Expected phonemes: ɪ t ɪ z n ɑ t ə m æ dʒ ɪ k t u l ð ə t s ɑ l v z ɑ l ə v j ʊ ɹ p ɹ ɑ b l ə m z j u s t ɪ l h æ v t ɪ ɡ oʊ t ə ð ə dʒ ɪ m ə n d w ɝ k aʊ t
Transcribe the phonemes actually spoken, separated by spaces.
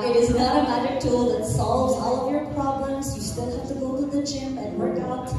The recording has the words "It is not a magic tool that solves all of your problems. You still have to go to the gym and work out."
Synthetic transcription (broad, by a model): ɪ t ɪ z n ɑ t ə m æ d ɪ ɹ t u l ð ə t s ɑ l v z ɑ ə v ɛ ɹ p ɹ ɑ b l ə m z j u s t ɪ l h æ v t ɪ ɡ oʊ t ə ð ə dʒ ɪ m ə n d w ɝ k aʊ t